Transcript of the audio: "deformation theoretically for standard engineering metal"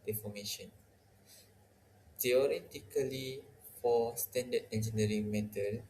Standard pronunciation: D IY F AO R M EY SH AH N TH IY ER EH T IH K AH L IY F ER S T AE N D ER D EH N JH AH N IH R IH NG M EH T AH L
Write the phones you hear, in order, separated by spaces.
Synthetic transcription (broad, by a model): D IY F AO M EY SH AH N T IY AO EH T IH K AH L IY F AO S T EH N D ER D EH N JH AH N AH R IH NG M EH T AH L